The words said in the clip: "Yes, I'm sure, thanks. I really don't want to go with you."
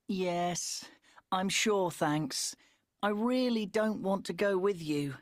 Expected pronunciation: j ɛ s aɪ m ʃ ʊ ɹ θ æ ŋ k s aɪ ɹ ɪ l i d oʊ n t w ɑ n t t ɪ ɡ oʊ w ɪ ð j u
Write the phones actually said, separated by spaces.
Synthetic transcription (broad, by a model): j ɛ s aɪ m ʃ ʊ ɹ θ æ ŋ k s aɪ ɹ ɪ l i d oʊ n t w ɑ n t t ɪ ɡ oʊ w ɪ ð j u